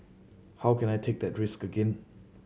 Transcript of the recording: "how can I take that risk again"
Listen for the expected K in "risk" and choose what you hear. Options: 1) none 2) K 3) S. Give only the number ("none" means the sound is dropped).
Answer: 2